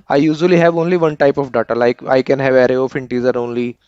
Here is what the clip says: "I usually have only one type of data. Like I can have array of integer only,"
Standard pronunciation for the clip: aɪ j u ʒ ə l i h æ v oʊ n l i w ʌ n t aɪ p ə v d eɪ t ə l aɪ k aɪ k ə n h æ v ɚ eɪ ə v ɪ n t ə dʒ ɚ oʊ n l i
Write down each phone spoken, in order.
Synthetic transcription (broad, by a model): aɪ j u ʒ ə l i h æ v oʊ n l i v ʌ n t aɪ p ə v d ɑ t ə l aɪ k aɪ k ə n h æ v ɚ eɪ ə f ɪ n t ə z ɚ oʊ n l i